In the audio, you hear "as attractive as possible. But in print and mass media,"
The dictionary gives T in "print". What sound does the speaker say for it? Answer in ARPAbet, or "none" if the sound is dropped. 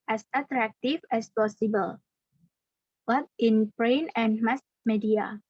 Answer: none